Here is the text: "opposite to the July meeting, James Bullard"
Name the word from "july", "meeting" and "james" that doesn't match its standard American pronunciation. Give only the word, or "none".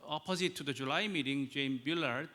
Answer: james